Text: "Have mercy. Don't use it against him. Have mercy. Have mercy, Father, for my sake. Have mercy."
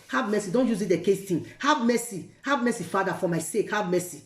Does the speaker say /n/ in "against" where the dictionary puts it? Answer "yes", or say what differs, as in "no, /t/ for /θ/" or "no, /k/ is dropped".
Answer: no, /n/ is dropped